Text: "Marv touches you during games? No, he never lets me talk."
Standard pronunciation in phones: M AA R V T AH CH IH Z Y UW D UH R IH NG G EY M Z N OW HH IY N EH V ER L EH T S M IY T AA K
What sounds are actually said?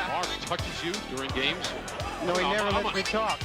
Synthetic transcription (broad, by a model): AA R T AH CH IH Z Y UW D UH R IH NG G EY M Z N OW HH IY N EH V ER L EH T M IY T AA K